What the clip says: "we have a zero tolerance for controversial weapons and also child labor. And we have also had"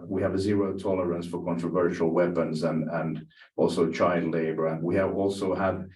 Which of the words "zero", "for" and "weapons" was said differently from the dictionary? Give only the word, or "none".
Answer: none